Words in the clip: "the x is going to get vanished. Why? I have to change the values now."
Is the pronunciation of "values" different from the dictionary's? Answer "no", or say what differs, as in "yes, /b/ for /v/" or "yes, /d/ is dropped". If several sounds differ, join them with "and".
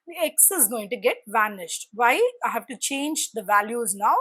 no